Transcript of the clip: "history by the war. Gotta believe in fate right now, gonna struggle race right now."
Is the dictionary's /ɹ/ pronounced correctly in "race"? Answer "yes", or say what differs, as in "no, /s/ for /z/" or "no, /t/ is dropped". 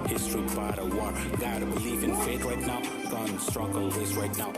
no, /w/ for /ɹ/